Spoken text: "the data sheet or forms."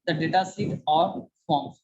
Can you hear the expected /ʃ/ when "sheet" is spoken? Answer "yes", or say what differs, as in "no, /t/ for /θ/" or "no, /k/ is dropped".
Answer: no, /s/ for /ʃ/